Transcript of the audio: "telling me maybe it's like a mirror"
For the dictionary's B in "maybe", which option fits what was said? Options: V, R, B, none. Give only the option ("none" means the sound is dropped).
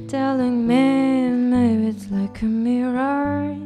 none